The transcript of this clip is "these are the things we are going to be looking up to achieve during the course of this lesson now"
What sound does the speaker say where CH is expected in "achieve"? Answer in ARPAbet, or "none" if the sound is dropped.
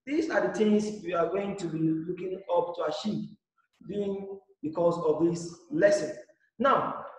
SH